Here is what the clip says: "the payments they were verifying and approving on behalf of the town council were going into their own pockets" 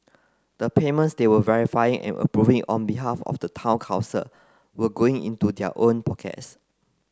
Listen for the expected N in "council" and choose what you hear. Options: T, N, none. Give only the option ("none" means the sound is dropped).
none